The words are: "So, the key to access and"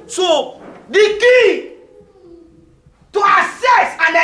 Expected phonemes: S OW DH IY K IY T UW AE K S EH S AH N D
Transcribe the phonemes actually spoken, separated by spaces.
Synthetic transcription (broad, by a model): S OW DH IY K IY T UW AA S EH S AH N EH